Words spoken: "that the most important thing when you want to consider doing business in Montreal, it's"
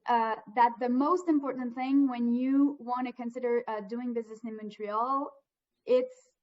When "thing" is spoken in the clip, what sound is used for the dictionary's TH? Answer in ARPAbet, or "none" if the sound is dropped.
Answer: TH